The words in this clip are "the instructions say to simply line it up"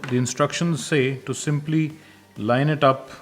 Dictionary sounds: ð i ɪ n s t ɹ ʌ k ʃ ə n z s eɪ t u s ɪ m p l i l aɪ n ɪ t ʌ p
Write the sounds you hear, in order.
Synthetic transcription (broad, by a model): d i ɪ n s t ɹ ʌ k ʃ ə n z s eɪ t u s ɪ m p l i l aɪ n ɪ t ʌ p